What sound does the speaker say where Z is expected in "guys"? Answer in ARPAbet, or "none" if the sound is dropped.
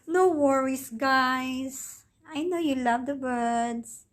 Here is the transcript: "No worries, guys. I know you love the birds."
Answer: S